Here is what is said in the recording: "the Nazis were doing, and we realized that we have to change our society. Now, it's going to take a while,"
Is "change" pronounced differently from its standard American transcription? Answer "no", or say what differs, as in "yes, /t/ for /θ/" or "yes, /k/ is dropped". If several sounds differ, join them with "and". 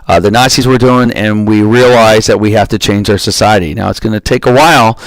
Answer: no